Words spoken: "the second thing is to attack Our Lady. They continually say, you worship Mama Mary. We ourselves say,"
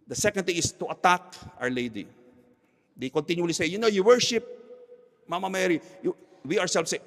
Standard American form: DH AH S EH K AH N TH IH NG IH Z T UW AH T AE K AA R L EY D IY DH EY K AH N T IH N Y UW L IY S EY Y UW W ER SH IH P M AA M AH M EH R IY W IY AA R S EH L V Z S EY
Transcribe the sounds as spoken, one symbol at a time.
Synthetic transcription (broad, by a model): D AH S EH K AH N T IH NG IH S T UW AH T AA K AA W L EY D IY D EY K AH N T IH N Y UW L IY S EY Y UW W ER SH IH P M AA M AH M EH R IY W IY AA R S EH L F S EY